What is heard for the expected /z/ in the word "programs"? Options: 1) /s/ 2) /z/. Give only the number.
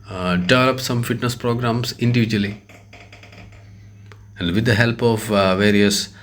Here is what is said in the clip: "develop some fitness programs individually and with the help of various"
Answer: 1